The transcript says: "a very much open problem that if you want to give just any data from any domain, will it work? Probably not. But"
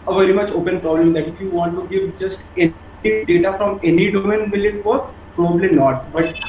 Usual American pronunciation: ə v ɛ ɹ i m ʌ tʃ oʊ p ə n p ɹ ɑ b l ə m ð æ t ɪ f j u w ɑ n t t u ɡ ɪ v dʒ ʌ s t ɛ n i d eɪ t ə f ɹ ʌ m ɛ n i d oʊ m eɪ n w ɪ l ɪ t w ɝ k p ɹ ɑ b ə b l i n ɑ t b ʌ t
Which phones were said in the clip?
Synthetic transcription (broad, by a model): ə v ɛ ɹ i m ʌ tʃ oʊ p ə n p ɹ ɑ b l ə m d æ t ɪ f j u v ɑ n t t u ɡ ɪ v dʒ ʌ s t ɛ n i d eɪ t ə f ɹ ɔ m ɛ n i d oʊ m eɪ n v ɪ l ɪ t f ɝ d p ɹ ɑ b ə b l i n ɑ t b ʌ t